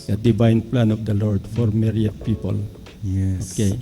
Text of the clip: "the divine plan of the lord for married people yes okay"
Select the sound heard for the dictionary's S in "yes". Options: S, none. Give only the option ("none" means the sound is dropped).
none